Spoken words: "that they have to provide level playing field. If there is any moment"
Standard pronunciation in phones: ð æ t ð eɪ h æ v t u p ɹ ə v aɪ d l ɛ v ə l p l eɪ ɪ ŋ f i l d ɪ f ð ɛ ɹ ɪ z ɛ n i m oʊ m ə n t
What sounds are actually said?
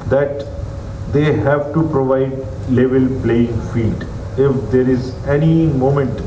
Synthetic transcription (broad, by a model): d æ t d eɪ h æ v t u p ɹ ə v aɪ d l ɛ v ə l p l eɪ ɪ ŋ f i d ɪ f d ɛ ɹ ɪ z ɛ n i m oʊ m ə n t